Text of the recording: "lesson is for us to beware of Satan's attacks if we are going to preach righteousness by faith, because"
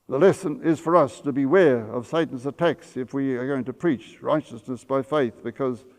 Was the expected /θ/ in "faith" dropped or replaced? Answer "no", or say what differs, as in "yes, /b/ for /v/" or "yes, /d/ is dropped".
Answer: no